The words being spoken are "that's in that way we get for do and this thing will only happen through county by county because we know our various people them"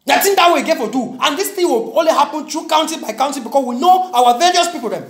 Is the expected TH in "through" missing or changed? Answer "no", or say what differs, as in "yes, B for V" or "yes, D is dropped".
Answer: yes, T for TH